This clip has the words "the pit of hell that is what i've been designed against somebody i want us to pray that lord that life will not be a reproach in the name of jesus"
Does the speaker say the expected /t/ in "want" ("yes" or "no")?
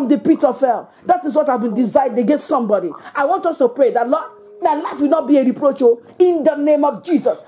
yes